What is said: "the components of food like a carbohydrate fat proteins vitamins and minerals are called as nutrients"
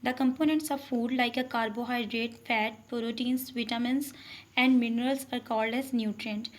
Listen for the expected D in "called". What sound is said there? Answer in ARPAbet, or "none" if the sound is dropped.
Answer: D